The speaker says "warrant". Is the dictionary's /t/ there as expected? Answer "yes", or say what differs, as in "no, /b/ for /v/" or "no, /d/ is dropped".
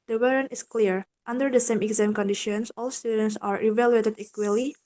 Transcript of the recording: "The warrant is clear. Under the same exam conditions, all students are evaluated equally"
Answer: no, /t/ is dropped